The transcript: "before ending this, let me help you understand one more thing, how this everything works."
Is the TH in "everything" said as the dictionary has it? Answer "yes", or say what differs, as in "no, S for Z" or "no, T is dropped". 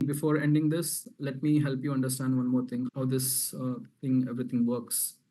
no, T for TH